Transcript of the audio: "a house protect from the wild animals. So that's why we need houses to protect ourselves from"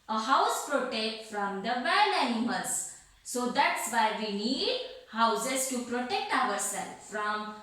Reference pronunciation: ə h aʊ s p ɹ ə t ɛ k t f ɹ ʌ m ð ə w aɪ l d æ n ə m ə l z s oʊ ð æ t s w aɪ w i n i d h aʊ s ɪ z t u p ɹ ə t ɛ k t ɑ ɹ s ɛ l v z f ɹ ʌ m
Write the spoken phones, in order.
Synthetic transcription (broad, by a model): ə h aʊ s p ɹ ə t ɛ k t f ɹ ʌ m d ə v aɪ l æ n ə m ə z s oʊ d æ t s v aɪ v i n i d h aʊ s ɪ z t u p ɹ ə t ɛ k t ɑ ɹ s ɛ l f ɹ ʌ m